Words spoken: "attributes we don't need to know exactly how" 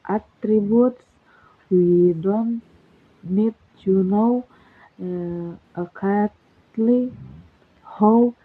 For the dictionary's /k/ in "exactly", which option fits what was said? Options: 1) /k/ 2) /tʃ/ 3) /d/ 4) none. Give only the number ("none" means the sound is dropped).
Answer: 4